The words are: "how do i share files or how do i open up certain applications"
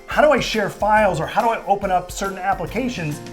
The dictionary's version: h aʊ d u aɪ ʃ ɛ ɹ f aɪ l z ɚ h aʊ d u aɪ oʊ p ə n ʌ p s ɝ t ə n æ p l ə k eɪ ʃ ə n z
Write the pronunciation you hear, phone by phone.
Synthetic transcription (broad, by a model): h aʊ d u aɪ ʃ ɛ ɹ f aɪ l z ɚ h aʊ d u aɪ oʊ p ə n ʌ p s ɝ t n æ p l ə k eɪ ʃ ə n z